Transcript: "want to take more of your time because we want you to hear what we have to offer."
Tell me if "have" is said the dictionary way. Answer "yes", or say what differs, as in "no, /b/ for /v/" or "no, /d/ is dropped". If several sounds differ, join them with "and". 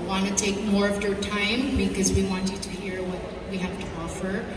no, /f/ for /v/